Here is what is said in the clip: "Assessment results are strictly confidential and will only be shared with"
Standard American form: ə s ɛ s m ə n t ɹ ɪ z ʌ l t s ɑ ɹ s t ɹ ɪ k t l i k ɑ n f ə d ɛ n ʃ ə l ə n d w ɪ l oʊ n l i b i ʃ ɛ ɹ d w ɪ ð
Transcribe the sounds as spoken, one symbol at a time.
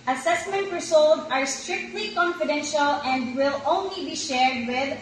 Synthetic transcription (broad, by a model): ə s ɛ s m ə n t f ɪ s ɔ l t ɑ ɹ s t ɹ ɪ k t l i k ɑ n f ə d ɛ n ʃ ə l ə n d w ɪ l oʊ n l i b i ʃ ɛ ɹ d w ɪ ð